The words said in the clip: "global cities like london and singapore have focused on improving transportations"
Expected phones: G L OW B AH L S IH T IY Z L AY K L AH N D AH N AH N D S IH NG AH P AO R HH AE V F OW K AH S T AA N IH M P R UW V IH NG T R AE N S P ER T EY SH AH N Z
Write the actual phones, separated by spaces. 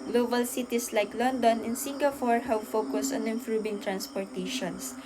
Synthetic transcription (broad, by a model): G L OW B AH L S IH T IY S L AY K L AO N D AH N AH N S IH NG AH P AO R HH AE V F OW K AH S T AA N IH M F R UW B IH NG T R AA N S P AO T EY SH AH N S